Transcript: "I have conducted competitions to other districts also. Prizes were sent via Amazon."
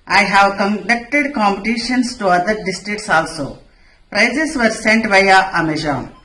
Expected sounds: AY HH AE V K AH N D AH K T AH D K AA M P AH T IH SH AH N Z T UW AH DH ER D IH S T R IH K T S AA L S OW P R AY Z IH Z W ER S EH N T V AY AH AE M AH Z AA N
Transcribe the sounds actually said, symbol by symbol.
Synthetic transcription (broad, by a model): AY HH AE V K AH N D AH K T AH D K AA M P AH T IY SH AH N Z T UW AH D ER D IH S T R IH K T S AA L S OW P R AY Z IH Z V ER S EH N T B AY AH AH M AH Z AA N